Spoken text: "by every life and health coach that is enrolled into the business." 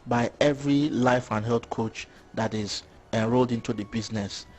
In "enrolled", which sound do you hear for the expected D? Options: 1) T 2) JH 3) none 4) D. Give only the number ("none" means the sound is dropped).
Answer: 4